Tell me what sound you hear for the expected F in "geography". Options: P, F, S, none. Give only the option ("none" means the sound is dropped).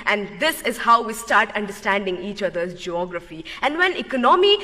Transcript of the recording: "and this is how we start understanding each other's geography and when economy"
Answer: F